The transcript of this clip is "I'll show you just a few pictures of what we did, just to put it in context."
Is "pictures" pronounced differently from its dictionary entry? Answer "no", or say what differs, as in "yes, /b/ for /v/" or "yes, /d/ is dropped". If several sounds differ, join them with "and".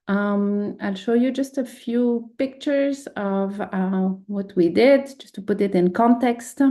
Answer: no